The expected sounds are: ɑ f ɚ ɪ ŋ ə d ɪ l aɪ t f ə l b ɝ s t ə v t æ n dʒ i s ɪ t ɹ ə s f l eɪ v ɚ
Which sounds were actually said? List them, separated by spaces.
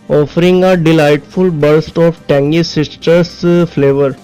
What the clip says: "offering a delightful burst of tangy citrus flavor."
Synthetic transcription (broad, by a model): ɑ f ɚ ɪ ŋ ə d ɪ l aɪ t f ə l b ɝ s t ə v t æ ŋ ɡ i s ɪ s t ə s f l eɪ v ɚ